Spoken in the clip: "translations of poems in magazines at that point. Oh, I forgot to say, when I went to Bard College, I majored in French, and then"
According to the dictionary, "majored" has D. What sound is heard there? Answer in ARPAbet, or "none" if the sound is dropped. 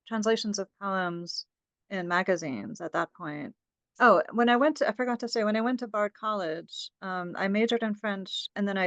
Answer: D